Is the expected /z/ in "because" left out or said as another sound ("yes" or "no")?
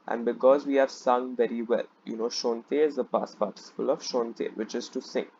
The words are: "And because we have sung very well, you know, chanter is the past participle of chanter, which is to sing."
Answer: no